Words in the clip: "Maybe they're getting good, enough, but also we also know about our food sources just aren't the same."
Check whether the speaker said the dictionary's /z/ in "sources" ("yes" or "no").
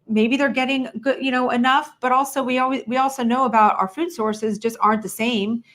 yes